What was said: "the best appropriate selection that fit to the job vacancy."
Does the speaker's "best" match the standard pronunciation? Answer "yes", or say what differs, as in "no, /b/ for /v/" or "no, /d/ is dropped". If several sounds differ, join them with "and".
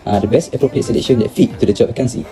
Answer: yes